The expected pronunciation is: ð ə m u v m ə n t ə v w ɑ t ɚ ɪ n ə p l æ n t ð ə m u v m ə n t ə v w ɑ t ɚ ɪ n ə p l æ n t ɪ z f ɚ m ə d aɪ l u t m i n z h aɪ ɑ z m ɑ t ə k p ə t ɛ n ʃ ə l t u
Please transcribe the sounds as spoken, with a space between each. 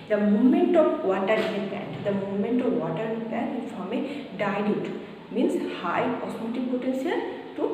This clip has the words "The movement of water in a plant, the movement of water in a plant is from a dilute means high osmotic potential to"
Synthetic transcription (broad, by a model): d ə m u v m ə n t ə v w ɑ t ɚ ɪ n ə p æ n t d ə m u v m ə n t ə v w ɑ t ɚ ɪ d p æ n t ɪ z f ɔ m ə d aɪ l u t m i n s h aɪ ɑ s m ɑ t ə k p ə t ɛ n s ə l t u